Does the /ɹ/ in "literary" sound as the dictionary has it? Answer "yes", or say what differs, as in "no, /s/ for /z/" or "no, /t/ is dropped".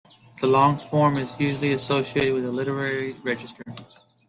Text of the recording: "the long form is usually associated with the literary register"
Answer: yes